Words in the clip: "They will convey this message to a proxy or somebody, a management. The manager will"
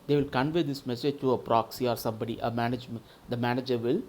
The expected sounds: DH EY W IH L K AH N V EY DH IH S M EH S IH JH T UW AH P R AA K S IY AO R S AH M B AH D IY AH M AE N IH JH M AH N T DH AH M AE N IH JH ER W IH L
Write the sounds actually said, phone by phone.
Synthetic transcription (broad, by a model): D EY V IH L K AH N V EY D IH S M EH S IH JH T UW AH P R AA K S IY AO R S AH M B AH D IY AH M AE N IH JH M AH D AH M AE N IH JH ER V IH L